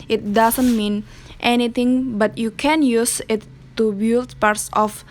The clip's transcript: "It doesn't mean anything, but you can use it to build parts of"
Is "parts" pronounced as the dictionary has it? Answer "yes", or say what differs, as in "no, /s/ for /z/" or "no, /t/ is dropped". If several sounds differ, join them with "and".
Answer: yes